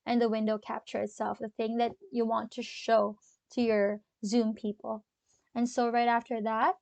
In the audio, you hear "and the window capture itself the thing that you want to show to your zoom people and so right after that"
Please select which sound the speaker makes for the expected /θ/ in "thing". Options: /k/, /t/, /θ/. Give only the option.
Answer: /θ/